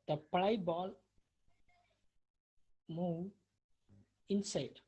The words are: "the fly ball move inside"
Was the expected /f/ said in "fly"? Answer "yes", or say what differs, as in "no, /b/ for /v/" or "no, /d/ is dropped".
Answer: no, /p/ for /f/